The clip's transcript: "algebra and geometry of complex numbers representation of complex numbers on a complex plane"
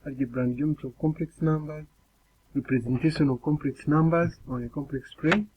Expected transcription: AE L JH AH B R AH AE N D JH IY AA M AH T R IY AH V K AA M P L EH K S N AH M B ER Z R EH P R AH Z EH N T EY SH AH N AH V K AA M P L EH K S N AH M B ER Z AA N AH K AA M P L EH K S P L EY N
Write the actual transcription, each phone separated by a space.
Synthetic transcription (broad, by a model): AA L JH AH B R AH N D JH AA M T IY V K AA M P L EH K S N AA M B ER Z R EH P R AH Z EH N T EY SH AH N AH V K AA M P L EH K S N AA M B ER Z AA N AH K AA M P L EH K S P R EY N